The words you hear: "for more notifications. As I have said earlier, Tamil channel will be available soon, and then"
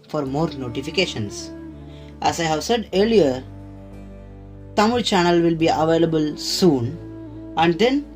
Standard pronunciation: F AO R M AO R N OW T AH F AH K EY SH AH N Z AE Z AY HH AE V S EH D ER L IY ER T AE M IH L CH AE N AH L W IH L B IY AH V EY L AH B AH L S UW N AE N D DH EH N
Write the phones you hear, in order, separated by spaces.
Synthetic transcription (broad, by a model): F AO R M AO R N OW T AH F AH K EY SH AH N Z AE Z AY HH AE V S EH D ER L IY ER T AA M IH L CH AE N AH L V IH L B IY AH V EY L AH B AH L S UW N AE N D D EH N